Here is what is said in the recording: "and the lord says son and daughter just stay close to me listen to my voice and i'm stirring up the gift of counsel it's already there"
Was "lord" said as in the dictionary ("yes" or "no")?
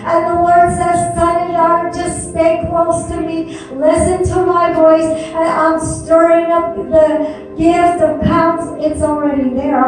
no